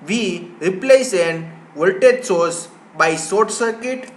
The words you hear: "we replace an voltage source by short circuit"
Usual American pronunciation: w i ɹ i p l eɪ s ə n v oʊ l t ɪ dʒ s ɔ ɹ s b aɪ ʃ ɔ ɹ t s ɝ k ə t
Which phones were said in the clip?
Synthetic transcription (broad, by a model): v i ɹ i p l eɪ s ə n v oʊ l t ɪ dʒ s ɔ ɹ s b aɪ s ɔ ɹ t s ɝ k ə t